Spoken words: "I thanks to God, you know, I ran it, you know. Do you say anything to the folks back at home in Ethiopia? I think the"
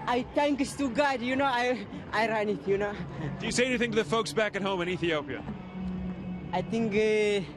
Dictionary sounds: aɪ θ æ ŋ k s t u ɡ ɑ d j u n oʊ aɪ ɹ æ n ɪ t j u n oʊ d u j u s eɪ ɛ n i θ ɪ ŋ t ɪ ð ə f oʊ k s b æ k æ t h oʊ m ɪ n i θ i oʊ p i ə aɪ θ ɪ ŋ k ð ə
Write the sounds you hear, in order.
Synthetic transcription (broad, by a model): aɪ t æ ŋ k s t u ɡ ɑ d j u n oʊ aɪ ɹ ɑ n ɪ t j u n oʊ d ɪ j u s eɪ ɛ n i θ ɪ ŋ t ɪ ð ə f oʊ k s b æ k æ t h oʊ m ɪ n i θ i oʊ p i ə aɪ t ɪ ŋ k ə